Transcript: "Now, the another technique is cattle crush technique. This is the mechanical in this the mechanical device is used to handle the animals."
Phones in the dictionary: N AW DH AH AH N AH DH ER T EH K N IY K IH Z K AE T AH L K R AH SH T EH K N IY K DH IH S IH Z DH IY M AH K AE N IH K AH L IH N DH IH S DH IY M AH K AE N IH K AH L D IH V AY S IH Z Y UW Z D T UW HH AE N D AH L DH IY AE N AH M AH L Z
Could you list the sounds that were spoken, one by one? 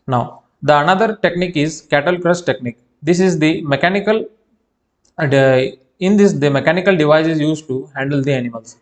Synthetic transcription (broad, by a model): N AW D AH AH N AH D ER T EH K N IY K IH Z K AE T AH L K R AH S T EH K N IY K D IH S IH Z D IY M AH K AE N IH K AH L IH N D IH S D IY M AH K AE N IH K AH L D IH V AY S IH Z Y UW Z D T UW HH AE N D AH L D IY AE N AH M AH L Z